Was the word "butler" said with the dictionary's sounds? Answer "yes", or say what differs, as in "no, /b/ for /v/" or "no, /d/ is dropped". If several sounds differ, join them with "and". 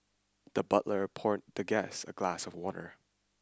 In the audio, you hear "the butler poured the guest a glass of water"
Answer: yes